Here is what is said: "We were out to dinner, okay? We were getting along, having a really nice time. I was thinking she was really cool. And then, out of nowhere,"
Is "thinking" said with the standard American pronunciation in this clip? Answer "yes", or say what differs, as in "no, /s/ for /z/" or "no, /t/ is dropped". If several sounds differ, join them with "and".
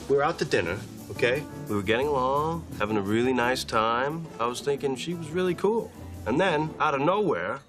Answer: yes